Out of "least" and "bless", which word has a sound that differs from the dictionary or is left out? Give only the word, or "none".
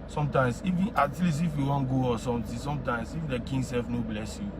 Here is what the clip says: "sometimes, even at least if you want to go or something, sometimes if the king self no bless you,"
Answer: least